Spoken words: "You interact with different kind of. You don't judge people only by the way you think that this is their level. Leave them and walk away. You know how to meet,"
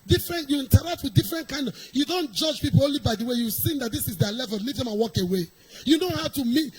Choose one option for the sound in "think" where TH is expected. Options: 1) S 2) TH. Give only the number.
1